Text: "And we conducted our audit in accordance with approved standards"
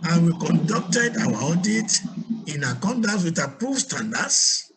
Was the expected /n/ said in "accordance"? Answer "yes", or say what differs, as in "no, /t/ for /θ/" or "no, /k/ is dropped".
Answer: no, /n/ is dropped